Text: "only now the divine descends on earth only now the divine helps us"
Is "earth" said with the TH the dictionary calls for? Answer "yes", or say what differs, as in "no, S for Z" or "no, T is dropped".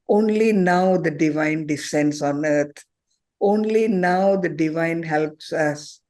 no, T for TH